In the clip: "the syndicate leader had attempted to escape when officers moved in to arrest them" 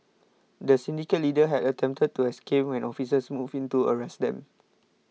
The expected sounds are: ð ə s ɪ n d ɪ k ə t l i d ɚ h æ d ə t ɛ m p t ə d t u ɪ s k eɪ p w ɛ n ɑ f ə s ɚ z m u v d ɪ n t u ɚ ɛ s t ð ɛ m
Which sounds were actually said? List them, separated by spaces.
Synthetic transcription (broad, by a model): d ə s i n d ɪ k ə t l i d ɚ h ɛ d ə t ɛ m p t ə d t u ɪ s k eɪ p w ɛ n ɑ f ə s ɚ s m u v ɪ n t u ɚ ɛ s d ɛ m